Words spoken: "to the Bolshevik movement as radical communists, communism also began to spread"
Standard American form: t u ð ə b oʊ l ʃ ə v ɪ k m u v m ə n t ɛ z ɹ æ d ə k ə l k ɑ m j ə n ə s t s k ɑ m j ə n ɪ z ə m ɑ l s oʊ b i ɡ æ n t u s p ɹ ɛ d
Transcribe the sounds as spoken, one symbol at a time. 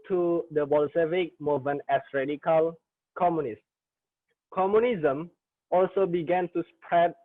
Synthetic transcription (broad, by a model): t u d ə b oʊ l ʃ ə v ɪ k m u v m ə n ɛ s ɹ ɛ d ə k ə l k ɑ m j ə n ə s s k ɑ m j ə n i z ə m ɑ l s oʊ b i ɡ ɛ n t u s p ɹ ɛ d